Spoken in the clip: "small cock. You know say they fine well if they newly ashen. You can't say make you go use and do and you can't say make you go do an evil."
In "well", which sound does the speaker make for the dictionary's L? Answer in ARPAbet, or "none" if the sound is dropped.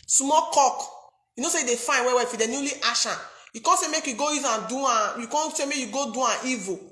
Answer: W